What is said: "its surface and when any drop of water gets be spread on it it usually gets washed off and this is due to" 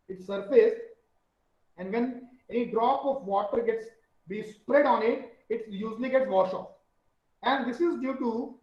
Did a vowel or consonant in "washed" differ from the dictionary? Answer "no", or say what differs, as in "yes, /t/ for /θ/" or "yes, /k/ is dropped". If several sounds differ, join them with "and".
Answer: yes, /t/ is dropped